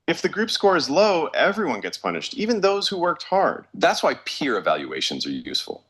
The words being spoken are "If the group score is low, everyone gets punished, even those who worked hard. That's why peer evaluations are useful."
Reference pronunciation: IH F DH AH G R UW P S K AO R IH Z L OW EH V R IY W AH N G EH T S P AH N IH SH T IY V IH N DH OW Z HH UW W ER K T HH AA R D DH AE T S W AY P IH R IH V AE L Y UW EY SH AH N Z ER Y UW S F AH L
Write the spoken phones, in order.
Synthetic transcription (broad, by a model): IH F DH AH G R UW P S K AO R IH Z L OW EH V R IY W AH N G EH T S P AH N IH SH T IY V IH N DH OW Z HH UW W ER K T HH AA R D DH AE T S W AY P IH R IH V AE L Y UW EY SH AH N Z ER Y UW S F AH L